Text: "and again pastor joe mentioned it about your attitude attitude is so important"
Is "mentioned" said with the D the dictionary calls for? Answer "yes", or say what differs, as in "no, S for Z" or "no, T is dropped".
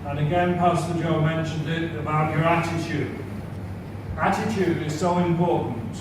yes